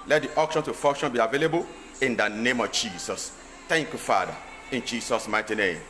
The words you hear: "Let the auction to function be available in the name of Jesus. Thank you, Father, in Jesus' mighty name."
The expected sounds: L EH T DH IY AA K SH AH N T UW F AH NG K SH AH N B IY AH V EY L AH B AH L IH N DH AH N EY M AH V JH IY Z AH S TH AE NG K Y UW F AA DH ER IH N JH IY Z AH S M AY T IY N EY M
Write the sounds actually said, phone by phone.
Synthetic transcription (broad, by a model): L EH T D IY AA K SH AH N T UW F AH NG K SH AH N B IY AH V EY L AH B AH L IH N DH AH N EY M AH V JH IY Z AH S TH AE NG K Y UW F AA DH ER IH N JH IY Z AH S M AY T IY N EY M